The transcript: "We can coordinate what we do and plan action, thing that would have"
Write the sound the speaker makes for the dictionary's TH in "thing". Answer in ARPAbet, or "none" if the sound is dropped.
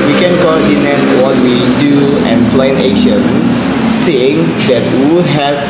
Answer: S